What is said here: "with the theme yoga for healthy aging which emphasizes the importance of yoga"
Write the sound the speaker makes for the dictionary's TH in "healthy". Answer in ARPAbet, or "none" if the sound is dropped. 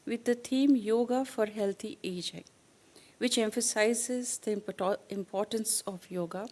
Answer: T